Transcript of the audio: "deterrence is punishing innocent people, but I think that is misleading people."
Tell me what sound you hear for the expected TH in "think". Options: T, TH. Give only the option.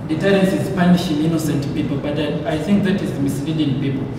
TH